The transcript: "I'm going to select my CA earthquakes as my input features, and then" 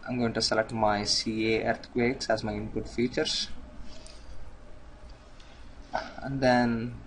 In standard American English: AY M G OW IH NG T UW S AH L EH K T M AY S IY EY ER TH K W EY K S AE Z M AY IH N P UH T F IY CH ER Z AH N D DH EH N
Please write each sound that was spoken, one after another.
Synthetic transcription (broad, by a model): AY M G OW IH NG T UW S AH L EH K T M AY S IY EY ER T K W EY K S AE Z M AY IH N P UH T F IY CH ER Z AH N D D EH N